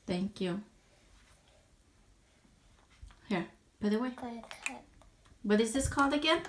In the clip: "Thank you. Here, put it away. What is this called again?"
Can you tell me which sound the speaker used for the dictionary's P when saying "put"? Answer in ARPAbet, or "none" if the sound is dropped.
B